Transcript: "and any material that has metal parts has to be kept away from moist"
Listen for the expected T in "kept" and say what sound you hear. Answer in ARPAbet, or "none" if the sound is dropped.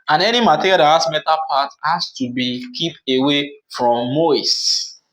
none